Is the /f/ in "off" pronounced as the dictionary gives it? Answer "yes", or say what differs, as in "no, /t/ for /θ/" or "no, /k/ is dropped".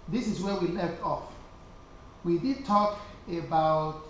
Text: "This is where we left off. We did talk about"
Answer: yes